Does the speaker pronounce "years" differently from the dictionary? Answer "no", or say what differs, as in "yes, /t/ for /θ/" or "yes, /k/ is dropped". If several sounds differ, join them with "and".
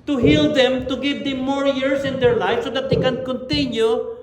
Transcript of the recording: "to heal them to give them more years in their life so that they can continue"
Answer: yes, /s/ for /z/